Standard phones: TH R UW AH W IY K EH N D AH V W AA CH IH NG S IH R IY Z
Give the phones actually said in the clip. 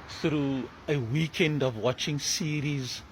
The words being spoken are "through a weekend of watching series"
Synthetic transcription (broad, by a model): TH R UW AH W IY K EH N D AH V W AA CH IH NG S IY R IY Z